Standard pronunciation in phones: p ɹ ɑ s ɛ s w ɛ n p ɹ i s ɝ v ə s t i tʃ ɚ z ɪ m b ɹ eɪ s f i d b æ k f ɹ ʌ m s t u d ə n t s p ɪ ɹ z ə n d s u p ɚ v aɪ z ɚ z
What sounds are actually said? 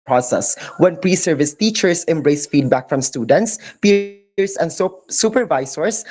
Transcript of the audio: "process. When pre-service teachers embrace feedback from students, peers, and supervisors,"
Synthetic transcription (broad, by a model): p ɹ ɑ s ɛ s w ɛ n p ɹ i s ɝ v ə s t i tʃ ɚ s ɪ m b ɹ eɪ s f i d b æ k f ɹ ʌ m s t u d ə n t s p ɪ ɹ s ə n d s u p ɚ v aɪ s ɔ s